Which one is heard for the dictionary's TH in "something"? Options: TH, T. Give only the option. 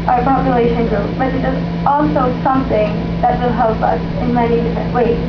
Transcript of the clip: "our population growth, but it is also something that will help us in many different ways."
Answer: TH